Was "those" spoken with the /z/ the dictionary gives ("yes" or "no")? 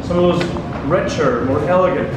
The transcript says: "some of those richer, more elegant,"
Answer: yes